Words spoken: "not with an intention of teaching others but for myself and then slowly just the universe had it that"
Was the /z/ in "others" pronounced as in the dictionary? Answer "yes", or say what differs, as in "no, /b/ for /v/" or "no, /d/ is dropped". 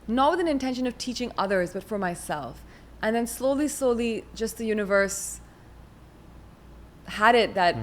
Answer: yes